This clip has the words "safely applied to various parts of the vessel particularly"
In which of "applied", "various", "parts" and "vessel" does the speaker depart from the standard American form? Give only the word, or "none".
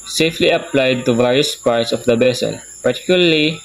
vessel